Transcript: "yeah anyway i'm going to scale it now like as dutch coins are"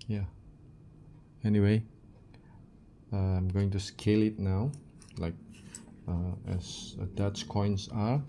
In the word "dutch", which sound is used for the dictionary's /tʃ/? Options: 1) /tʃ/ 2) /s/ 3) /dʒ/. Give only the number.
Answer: 2